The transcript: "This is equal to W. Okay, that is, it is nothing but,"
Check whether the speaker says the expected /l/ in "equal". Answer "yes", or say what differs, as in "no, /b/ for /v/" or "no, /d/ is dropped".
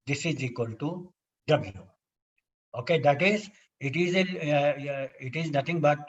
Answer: yes